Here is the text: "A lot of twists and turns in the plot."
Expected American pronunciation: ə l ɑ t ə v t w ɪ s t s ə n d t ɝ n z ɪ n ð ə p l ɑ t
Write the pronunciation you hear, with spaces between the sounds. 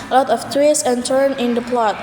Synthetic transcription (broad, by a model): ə l ɑ t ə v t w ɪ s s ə n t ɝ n ɪ n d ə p l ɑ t